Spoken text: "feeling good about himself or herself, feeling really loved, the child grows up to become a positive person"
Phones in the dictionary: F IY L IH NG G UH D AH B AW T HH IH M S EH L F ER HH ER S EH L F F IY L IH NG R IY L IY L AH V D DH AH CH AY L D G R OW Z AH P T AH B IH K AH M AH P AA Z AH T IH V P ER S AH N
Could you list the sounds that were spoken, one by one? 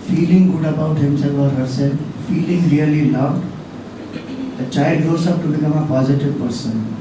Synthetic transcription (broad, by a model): F IY L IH NG G UH D AH B AW T HH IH M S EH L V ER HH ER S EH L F F IY L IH NG R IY L IY L AH V D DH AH CH AY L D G OW S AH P T AH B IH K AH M AH P AA Z AH T IH V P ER S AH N